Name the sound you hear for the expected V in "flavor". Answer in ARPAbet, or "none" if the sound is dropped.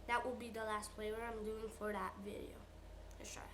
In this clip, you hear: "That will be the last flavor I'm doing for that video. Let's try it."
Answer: W